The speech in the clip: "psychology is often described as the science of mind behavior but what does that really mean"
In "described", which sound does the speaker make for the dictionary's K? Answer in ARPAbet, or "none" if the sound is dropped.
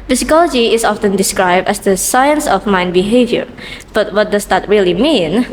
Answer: K